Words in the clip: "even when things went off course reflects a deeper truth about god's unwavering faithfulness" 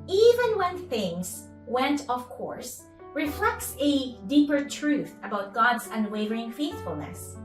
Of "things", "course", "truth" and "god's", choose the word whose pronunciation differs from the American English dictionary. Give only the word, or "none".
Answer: none